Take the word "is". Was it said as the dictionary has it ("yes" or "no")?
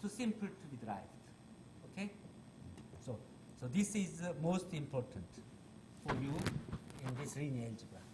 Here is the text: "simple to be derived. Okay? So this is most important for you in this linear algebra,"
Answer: yes